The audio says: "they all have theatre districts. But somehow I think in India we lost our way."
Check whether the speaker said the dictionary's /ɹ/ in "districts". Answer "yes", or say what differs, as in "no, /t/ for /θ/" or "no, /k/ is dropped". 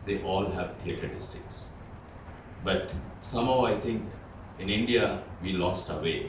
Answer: no, /ɹ/ is dropped